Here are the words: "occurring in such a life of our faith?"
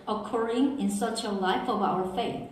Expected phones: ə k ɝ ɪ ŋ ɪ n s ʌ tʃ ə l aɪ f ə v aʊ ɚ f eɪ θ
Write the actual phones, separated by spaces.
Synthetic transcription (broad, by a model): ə k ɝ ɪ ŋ ɪ n s ʌ tʃ ə l aɪ f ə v aʊ ɚ f eɪ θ